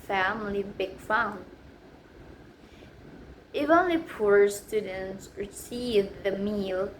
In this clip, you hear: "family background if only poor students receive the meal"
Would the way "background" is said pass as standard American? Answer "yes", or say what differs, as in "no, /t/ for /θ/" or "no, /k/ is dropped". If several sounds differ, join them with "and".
no, /k/ is dropped